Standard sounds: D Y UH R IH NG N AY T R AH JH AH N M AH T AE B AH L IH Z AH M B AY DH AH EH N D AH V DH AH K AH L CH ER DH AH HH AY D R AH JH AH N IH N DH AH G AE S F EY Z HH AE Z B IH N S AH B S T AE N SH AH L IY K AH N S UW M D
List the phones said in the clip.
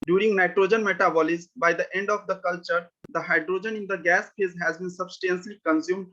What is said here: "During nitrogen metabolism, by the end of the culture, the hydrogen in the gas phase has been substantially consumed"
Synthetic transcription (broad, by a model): D Y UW R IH NG N AY T R AH JH AH N M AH T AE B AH L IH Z B AY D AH EH N D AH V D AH K AH L CH ER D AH HH AY D R AH JH AH N IH N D AH G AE S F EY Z HH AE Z B IH N S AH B S T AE N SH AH L IY K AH N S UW M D